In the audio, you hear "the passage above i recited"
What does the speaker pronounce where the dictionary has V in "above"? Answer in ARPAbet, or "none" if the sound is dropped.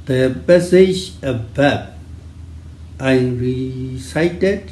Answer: B